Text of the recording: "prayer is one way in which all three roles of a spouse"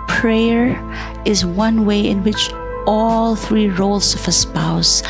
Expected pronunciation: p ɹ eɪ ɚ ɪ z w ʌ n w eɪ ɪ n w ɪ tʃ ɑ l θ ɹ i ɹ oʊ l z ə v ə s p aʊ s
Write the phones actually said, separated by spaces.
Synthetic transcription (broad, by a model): p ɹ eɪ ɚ ɪ z w ʌ n w eɪ ɪ n w ɪ tʃ ɑ l θ ɹ i ɹ oʊ l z ə v ə s p aʊ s